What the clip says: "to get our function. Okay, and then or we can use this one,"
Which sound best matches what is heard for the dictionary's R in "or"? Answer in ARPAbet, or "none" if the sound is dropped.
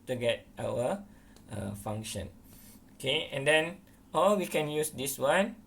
L